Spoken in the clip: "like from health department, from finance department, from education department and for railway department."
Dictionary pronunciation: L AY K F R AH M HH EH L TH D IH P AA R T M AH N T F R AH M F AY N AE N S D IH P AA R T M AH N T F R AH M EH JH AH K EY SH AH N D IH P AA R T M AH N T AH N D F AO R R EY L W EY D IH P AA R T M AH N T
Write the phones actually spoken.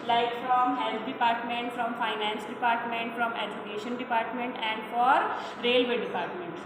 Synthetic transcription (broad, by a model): L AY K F R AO M HH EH L T D IH P AA R T M AH N T F R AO M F AY N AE N S D IH P AA R T M AH N T F R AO M EH JH AH K EY SH AH N D IH P AA R T M AH N T AH N D F AO R R EY L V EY D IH P AA R T M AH N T